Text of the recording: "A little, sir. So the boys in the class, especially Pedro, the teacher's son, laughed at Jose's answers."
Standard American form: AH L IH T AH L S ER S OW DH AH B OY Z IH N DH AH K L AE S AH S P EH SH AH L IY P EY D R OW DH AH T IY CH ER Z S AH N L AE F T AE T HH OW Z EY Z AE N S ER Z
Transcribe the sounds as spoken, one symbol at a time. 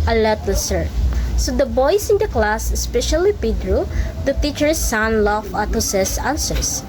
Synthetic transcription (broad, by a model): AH L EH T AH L S ER S OW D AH B OY S IH N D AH K L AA S AH S P EH SH AH L IY P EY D R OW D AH T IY CH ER S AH N L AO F AA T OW S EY S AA N S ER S